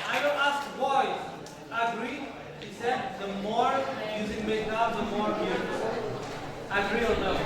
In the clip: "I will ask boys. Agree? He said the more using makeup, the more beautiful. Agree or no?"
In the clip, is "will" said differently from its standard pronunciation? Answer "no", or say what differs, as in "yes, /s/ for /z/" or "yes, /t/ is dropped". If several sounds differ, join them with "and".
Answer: yes, /n/ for /l/